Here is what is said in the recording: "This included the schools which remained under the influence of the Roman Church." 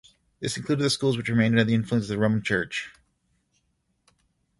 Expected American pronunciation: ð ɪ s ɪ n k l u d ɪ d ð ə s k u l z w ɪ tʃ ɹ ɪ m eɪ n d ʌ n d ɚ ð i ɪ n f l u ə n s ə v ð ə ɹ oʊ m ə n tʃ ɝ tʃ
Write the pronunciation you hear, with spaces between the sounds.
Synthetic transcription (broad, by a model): ð ɪ s ɪ n k l u d ɪ d ð ə s k u l z w ɪ tʃ ɹ ɪ m eɪ n d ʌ d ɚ ð i ɪ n f l u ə n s ə v ð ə ɹ oʊ m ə n tʃ ɝ tʃ